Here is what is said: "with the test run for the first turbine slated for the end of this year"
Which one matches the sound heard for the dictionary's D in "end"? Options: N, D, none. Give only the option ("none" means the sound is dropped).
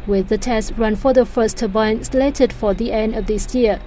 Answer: D